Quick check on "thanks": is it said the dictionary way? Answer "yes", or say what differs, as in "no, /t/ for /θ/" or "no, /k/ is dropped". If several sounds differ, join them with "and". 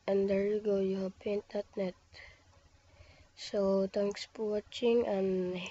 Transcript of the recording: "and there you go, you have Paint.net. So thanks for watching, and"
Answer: no, /t/ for /θ/